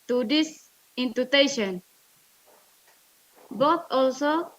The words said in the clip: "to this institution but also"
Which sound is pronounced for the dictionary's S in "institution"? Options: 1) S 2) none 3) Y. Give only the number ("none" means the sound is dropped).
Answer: 2